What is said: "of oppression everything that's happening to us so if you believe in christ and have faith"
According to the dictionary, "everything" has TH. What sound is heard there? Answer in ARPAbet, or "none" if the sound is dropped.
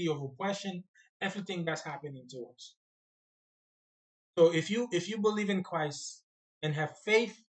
TH